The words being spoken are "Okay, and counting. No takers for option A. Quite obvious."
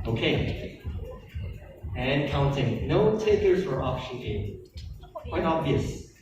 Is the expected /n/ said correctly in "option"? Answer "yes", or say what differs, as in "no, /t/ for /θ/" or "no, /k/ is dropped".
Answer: no, /n/ is dropped